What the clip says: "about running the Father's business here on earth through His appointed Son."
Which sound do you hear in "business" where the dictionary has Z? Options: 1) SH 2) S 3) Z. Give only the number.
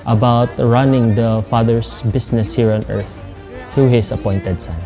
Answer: 2